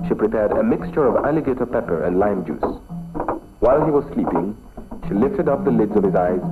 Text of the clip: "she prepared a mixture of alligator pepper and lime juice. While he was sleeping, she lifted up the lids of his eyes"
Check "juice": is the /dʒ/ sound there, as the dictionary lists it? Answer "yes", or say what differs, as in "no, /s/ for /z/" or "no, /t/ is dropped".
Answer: yes